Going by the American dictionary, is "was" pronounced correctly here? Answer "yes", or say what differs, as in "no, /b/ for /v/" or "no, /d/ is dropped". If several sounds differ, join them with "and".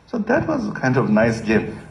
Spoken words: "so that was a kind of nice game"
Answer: yes